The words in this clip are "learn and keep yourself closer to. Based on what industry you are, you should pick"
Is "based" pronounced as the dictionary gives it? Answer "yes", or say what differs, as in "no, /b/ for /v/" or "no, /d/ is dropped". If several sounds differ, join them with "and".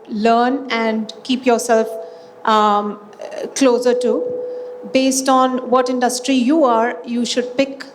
yes